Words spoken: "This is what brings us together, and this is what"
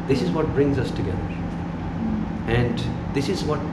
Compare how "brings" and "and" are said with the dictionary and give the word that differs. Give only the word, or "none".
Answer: none